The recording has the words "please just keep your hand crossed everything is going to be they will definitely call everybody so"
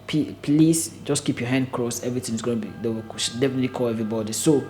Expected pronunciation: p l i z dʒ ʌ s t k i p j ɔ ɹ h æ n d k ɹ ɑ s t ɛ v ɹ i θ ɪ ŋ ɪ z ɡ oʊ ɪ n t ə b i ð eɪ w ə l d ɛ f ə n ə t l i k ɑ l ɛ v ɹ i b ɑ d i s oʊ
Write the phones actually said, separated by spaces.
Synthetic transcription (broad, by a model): p l i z dʒ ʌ s k i p j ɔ h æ n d k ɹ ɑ s ɛ v ɹ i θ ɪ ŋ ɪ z ɡ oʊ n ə b i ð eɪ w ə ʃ d ɛ f ə n ə t l i k ɑ l ɛ v ɹ i b ɑ d i s oʊ